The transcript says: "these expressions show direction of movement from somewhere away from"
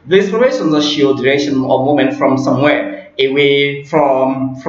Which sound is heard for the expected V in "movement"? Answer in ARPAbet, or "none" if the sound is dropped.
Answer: none